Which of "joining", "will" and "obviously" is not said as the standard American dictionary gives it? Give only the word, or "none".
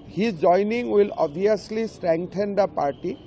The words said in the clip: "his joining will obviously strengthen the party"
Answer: obviously